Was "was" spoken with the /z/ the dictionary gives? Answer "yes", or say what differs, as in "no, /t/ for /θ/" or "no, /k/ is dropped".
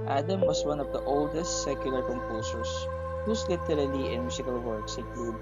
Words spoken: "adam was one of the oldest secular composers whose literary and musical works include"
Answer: no, /s/ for /z/